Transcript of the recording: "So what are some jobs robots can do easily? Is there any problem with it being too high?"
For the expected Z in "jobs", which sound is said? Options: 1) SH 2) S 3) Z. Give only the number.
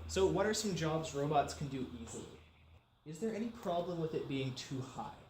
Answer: 3